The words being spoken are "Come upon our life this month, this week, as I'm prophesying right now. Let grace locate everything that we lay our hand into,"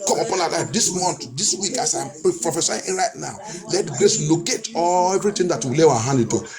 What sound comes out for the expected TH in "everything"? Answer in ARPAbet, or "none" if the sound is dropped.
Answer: T